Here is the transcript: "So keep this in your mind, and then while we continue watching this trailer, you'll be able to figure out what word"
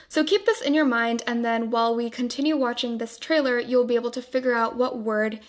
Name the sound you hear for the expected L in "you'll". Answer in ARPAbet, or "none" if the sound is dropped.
L